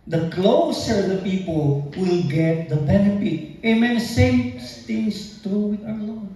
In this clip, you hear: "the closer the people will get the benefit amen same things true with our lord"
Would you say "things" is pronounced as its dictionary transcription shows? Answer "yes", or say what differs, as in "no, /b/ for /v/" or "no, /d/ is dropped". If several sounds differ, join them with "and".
no, /t/ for /θ/